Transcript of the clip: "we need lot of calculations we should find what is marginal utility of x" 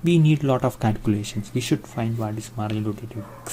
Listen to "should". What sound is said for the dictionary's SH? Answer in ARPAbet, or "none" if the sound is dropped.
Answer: SH